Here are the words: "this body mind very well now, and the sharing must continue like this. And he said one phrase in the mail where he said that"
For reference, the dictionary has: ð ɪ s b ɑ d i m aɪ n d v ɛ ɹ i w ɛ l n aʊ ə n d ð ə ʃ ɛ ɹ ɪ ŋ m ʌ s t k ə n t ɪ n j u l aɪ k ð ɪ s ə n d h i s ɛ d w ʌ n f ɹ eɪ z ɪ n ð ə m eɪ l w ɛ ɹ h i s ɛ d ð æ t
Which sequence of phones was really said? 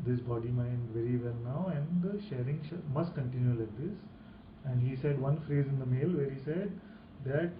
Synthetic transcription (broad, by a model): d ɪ s b ɑ d i m aɪ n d v ɛ ɹ i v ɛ l n aʊ ə n d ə ʃ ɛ ɹ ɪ ŋ m ʌ s t k ə n t ɪ n j u l aɪ k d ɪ s ə n d h i s ɛ d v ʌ n f ɹ eɪ z ɪ n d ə m eɪ l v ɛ ɹ h i s ɛ d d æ t